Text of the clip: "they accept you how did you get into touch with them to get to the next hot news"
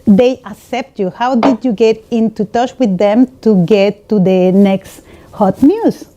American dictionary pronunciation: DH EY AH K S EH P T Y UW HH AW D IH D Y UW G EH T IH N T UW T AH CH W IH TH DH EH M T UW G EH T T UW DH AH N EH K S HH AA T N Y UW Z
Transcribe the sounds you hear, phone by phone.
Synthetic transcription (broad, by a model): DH EY AH K S EH P T Y UW HH AW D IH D Y UW G EH T IH N T UW T AH CH W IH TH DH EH M T UW G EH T T UW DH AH N EH K S HH AA T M Y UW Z